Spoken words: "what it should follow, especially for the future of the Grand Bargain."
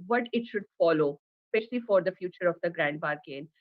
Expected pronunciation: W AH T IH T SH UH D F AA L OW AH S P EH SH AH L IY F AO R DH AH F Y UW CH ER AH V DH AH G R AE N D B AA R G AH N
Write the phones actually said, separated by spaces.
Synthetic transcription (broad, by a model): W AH T IH T SH UH D F AA L OW S P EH SH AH L IY F AO R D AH F Y UW CH ER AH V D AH G R AE N D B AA R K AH N